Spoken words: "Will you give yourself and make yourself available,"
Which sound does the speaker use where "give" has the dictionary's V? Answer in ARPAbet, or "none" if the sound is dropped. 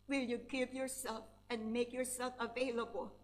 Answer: P